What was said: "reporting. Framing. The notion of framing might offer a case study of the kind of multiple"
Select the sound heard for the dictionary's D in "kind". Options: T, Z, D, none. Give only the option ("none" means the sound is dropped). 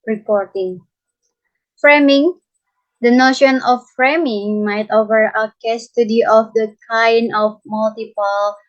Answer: none